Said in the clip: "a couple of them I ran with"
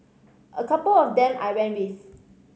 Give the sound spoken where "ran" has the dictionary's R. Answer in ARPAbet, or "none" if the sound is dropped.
W